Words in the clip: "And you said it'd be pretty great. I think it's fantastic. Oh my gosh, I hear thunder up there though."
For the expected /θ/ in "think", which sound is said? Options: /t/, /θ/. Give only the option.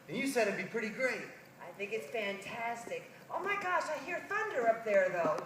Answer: /θ/